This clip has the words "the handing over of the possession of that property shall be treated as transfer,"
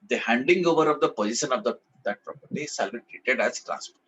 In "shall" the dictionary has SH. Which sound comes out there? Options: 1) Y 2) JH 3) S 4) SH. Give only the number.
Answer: 3